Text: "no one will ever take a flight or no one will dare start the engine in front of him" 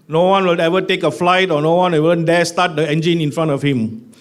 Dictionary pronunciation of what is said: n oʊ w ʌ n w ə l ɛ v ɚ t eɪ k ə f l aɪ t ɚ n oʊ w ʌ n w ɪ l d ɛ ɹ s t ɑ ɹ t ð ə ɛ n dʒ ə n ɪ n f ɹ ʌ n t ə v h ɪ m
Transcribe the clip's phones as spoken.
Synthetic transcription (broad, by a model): n oʊ w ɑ n w ə l ɛ v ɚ t eɪ k ə f l aɪ t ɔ n oʊ w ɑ n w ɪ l d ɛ s t ɑ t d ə ɛ n dʒ ə n ɪ n f ɹ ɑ n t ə f h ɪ m